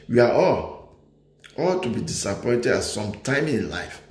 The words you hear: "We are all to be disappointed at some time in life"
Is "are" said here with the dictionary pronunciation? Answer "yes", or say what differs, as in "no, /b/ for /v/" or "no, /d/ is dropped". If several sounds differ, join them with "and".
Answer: no, /l/ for /ɹ/